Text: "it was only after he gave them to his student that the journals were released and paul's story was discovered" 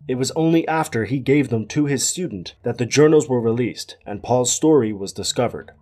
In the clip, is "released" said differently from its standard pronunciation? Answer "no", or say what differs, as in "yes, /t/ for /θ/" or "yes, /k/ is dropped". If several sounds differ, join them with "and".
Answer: no